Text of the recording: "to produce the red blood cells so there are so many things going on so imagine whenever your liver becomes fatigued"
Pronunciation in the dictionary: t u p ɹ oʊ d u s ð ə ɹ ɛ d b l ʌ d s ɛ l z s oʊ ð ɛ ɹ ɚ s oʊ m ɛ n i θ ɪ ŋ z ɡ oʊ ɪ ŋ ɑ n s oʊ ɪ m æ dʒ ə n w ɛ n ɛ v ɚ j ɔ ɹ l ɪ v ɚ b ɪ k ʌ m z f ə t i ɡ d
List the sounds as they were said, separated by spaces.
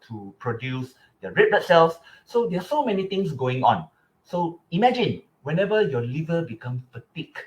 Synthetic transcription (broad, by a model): t u p ɹ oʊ d u s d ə ɹ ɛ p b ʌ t s ɛ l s s oʊ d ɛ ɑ s oʊ m ɛ n i t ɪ ŋ s ɡ oʊ ɪ ŋ ɑ n s oʊ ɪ m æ dʒ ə n w ɛ n ɛ v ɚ j ɔ l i v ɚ b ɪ k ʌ m f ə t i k